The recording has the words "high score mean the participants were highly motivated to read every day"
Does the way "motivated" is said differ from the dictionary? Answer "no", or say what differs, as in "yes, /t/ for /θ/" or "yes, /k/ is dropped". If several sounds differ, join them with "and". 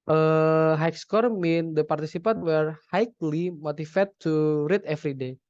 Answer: yes, /f/ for /v/